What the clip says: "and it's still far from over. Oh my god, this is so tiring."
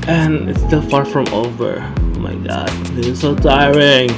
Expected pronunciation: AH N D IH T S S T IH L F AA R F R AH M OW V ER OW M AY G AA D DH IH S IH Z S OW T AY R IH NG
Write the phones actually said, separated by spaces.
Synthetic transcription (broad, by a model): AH N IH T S S T IH L F AA R F R AH M OW V ER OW M AY G AA D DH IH S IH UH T AY R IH NG